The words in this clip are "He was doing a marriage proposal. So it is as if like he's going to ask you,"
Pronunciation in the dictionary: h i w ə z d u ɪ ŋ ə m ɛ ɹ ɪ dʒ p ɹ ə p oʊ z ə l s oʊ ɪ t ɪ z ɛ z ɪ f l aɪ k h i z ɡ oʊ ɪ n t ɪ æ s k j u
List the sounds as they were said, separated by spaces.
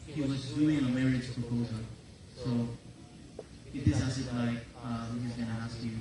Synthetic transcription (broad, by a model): h i w ə z d u ɪ ŋ ə m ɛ ɹ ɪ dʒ p ɹ ə p oʊ z ə l s oʊ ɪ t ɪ s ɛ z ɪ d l aɪ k h i z ɡ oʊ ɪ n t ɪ æ s k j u